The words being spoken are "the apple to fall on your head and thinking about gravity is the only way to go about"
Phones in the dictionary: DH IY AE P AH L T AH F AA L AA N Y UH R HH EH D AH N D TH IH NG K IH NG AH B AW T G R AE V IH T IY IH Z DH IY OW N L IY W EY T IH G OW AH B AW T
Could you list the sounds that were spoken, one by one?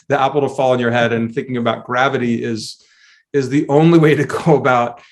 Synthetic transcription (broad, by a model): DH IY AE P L T AH F AA L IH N Y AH R HH EH D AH N TH IH NG K IH NG AH B AW T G R AE V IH T IY IH Z DH IY OW N L IY W EY T IH G OW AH B AW T